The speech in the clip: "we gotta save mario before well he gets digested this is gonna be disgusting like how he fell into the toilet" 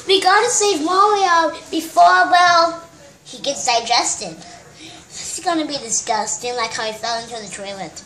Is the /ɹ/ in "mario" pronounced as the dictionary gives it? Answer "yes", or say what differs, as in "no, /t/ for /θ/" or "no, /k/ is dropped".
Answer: no, /w/ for /ɹ/